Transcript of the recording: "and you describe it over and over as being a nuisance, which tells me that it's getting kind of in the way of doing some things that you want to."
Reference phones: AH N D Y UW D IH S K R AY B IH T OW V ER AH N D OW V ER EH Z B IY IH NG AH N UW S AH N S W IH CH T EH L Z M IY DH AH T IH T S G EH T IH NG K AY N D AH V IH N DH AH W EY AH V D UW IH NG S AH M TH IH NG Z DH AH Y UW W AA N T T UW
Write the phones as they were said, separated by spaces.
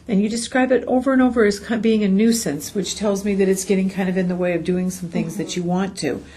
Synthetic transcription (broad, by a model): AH N Y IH D IH S K R AY B IH T OW V ER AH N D OW V ER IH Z B IY IH NG AH N UW S AH N S W IH CH T EH L Z M IY DH AH T IH T S G EH T IH NG K AY N D AH V IH N DH AH W EY AH V D UW IH NG S AH M TH IH NG Z DH AH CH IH W AA N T T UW